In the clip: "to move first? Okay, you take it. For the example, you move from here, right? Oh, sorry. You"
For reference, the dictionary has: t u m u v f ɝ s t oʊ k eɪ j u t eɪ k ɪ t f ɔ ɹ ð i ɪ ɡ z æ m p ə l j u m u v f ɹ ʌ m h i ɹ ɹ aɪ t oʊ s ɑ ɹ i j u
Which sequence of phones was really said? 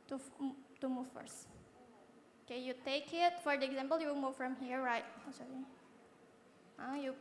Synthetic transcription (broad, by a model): t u m u v f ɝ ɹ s oʊ k eɪ j u t eɪ k ɪ t f ɔ ɹ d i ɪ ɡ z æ m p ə l j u m u v f ɹ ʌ m h i ɹ ɹ aɪ t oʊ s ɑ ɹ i j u